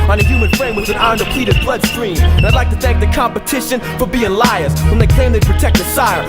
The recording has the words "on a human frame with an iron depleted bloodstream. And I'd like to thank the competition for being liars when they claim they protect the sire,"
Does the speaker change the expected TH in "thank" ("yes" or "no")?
no